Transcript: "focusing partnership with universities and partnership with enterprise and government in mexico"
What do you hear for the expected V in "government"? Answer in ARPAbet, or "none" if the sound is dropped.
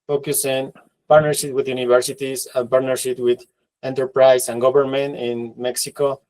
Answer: B